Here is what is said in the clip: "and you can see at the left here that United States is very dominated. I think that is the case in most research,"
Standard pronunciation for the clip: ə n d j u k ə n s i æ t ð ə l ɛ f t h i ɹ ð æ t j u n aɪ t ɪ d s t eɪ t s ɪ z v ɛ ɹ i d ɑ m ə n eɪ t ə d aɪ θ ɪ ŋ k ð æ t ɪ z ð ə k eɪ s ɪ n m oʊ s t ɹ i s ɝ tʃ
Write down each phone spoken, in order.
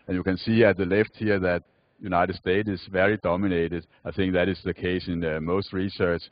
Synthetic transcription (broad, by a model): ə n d j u k ə n s i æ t ð ə l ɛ f t h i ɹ ð æ t j u n aɪ t ɪ d s t eɪ t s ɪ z v ɛ ɹ i d ɑ m ə n eɪ t ə d aɪ θ ɪ ŋ k ð æ t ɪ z ð ə k eɪ s ɪ n m oʊ s t ɹ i s ɝ tʃ